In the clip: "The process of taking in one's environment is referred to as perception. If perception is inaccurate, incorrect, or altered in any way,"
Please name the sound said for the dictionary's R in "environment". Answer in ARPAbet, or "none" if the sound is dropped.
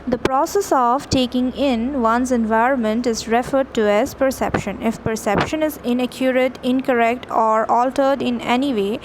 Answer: R